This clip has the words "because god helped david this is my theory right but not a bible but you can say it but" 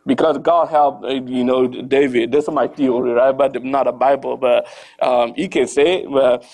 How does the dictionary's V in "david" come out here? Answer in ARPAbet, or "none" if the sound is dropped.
V